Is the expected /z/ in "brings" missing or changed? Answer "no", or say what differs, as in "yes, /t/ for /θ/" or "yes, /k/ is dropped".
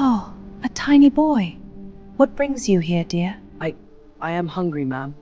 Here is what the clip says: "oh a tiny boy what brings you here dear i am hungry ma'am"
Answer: no